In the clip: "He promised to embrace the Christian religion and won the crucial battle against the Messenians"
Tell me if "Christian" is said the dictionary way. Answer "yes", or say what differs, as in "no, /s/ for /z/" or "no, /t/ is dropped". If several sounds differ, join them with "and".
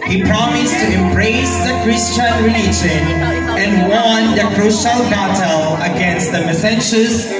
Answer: yes